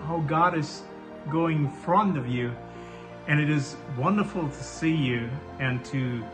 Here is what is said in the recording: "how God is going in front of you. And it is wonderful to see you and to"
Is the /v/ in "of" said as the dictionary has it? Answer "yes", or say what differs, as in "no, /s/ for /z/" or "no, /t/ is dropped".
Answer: yes